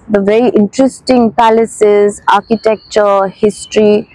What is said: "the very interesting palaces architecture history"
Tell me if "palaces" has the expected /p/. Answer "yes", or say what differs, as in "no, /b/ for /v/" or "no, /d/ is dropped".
yes